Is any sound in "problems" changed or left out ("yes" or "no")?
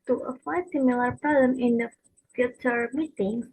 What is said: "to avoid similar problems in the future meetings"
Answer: yes